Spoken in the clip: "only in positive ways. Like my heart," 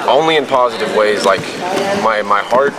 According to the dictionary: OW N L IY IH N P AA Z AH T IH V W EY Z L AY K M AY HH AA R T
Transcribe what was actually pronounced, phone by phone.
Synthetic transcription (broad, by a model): OW N L IY IH N P AA Z AH T IH V W EY Z L AY K M AY HH AA R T